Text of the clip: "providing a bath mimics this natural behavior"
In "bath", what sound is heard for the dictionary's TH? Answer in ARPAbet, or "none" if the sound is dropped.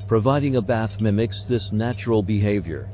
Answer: TH